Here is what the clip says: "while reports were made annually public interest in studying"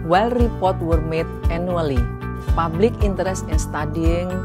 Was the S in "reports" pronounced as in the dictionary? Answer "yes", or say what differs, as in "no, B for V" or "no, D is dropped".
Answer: no, S is dropped